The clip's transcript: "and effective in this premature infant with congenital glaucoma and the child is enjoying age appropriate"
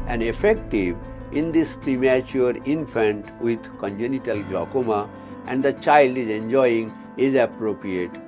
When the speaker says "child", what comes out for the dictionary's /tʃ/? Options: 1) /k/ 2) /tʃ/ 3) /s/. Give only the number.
2